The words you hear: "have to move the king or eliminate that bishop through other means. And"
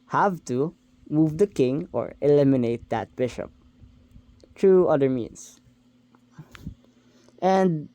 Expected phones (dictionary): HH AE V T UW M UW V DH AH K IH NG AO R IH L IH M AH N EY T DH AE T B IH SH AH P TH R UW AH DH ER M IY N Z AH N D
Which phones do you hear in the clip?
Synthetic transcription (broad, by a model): HH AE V T UW M UW V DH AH K IH NG AO R IH L IH M AH N EY T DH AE T B IH SH AH P T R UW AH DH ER M IY N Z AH N D